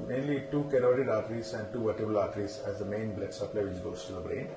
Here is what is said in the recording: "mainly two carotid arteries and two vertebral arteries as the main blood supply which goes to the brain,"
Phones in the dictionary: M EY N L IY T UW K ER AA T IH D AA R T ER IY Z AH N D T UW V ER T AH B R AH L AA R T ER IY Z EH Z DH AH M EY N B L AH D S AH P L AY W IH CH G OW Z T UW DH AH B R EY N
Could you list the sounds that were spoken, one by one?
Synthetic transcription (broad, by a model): M EY N L IY T UW K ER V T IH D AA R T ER IY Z AH N D T UW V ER T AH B AH L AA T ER IY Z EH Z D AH M EY N B L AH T S AH P L AY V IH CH G OW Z T UW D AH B R EY N